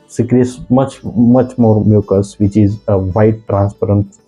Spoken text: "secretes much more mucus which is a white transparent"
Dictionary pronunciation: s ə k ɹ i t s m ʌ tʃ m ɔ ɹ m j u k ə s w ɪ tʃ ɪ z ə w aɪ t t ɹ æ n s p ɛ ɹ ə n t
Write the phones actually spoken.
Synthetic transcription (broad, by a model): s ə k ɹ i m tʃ m ʌ tʃ m ɔ ɹ m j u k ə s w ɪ tʃ ɪ z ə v aɪ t t ɹ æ n s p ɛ ɹ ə n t